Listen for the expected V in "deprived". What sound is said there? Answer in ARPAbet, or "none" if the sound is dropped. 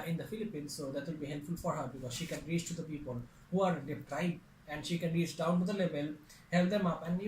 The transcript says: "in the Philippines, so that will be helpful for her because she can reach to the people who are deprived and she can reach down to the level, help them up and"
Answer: none